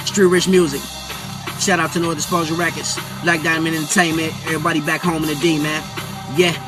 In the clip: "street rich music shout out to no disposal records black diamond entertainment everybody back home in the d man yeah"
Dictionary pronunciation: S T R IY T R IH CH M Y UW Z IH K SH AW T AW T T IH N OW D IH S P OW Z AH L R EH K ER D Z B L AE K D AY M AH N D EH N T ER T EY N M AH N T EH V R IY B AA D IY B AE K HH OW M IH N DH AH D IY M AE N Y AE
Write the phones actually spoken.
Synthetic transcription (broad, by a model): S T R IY R IH CH M Y UW Z IH K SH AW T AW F T IH N OW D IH S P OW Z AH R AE K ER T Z L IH K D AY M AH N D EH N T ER T EY N M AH N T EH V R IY B AA D IY B AE K HH OW M IH N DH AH D IY M AE N Y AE